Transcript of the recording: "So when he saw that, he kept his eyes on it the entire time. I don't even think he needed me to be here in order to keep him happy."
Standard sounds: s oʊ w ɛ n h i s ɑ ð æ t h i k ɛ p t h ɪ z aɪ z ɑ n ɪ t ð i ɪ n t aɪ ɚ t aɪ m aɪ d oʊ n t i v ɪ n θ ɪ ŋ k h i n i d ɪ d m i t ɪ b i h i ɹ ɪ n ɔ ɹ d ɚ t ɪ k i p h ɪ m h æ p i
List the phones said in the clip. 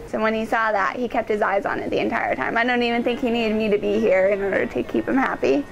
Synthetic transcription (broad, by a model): s oʊ w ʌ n i s ɑ ð æ t h i k ɛ p t h ɪ z aɪ z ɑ n ɪ t ð i ɪ n t aɪ ɚ t aɪ m aɪ d oʊ n t i v ɪ n θ ɪ ŋ k h i n i d ɪ d m i t ɪ b i h i ɹ ɪ n ɔ ɹ d ɚ t ɪ k i p h ɪ m h æ p i